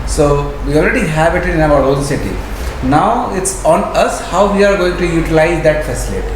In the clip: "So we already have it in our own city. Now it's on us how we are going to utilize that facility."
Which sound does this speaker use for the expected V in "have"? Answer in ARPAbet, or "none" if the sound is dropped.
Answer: B